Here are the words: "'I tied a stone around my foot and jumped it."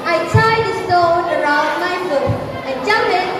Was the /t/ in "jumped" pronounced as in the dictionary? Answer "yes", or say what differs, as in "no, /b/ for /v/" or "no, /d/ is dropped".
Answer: no, /t/ is dropped